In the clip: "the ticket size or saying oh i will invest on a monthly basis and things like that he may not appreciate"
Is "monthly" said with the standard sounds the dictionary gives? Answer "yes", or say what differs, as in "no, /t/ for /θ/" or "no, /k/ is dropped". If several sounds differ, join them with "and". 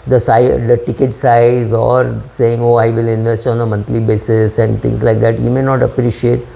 no, /t/ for /θ/